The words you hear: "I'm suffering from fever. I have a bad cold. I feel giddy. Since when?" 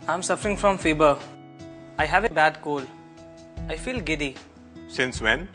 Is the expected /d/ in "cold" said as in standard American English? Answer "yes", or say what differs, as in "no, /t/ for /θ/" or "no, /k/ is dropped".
no, /d/ is dropped